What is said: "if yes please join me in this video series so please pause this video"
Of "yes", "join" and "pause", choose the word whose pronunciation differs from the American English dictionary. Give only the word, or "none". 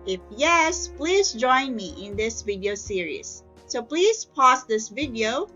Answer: pause